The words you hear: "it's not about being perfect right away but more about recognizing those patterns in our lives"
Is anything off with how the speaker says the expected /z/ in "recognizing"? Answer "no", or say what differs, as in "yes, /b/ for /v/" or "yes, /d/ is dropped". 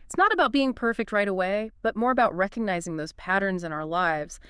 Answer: no